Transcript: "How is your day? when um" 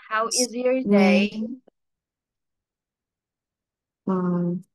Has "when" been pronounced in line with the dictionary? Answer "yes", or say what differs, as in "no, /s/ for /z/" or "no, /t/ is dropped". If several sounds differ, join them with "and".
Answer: no, /n/ is dropped